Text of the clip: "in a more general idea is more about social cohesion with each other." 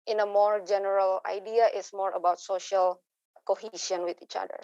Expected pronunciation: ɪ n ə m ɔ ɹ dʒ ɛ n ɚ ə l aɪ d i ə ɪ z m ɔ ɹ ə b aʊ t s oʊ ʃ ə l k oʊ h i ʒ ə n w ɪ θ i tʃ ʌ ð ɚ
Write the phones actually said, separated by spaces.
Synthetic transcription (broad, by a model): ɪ n ə m ɔ ɹ dʒ ɛ n ɚ ə l aɪ d i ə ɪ s m ɔ ɹ ə b aʊ t s oʊ ʃ ə l k oʊ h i ʃ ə n w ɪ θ i tʃ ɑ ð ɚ